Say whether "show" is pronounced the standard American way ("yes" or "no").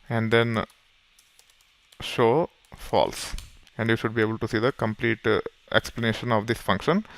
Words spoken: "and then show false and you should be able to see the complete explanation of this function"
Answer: yes